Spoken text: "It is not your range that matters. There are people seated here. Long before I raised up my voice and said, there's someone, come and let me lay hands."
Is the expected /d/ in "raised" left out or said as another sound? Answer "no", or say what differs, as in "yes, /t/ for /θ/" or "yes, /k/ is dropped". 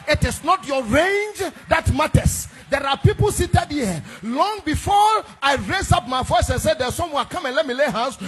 yes, /d/ is dropped